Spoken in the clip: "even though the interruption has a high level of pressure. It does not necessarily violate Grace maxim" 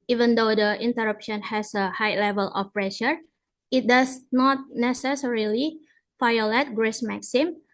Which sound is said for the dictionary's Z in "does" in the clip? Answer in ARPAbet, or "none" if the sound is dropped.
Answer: S